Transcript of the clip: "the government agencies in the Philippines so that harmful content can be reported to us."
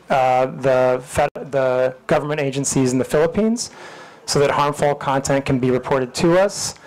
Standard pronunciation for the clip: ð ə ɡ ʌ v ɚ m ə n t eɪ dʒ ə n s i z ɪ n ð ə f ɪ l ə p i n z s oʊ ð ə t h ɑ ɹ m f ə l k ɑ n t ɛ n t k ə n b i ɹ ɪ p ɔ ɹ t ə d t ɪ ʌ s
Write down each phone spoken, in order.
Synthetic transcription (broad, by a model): ð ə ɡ ʌ v ɚ m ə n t eɪ dʒ ə n s i z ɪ n ð ə f ɪ l ə p i n z s oʊ ð ə t h ɑ ɹ m f l k ɑ n t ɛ n k n b i ɹ ɪ p ɔ ɹ t ə d t ɪ ʌ s